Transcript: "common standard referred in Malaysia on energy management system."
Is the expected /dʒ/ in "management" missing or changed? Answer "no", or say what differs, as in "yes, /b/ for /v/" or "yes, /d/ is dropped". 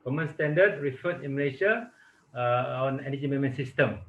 yes, /dʒ/ is dropped